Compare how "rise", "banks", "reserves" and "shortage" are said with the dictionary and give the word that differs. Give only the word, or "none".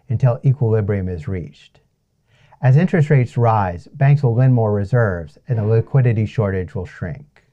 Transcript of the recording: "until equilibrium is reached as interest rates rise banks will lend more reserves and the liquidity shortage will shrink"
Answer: none